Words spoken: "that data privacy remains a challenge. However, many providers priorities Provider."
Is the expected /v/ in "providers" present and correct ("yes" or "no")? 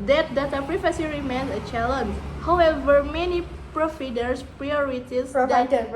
no